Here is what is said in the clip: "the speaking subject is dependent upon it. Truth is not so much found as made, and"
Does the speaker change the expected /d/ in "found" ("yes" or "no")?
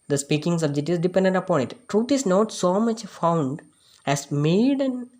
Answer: no